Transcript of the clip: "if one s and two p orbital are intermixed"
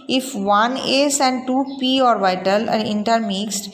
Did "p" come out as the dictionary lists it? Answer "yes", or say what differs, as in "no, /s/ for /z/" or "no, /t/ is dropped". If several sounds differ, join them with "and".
yes